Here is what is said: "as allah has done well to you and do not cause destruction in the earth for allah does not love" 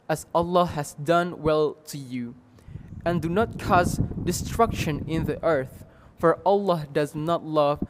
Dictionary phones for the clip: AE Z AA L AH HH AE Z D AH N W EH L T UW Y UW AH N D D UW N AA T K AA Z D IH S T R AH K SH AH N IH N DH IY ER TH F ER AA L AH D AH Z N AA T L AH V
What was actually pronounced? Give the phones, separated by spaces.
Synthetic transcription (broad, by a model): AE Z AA L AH HH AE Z D AH N W EH L T UW Y UW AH N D D UW N AA T K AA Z D IH S T R AH K SH AH N IH N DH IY ER TH F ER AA L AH D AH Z N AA T L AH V